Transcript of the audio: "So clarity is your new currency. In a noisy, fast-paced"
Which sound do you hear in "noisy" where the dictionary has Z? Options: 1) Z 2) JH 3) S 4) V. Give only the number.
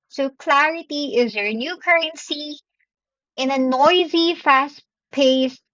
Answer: 1